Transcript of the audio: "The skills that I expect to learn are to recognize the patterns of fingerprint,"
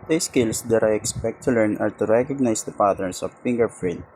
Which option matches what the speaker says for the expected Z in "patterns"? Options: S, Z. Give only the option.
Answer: S